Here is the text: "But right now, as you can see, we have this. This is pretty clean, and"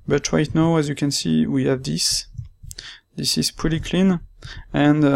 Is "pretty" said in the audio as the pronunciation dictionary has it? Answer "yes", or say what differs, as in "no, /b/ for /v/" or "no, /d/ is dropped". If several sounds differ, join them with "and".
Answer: no, /ɹ/ is dropped